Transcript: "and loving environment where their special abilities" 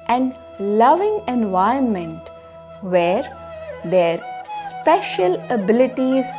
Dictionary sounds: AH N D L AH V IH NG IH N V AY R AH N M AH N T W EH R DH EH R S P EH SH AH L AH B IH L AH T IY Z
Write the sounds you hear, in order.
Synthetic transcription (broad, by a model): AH N D L AH V IH NG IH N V AY AH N M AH N T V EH R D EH R S P EH SH AH L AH B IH L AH T IY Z